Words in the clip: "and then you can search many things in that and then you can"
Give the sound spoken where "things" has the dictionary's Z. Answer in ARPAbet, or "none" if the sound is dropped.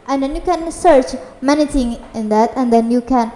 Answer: none